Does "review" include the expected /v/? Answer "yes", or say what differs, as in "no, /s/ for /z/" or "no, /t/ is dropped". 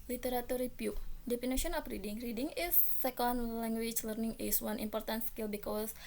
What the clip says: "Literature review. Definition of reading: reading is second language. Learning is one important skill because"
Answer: no, /p/ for /v/